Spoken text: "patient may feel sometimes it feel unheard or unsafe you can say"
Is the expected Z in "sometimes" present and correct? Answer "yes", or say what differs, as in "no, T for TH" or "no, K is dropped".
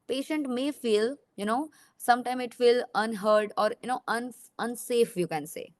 no, Z is dropped